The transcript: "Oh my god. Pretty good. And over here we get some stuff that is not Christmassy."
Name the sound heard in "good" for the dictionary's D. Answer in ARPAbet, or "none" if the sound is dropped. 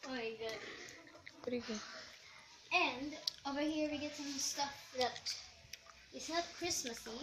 none